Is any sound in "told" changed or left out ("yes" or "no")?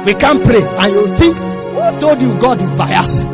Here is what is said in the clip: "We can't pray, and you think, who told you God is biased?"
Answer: yes